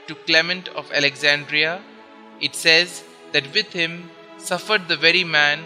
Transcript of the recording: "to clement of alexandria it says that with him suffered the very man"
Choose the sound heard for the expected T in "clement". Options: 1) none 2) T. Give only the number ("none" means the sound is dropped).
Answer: 2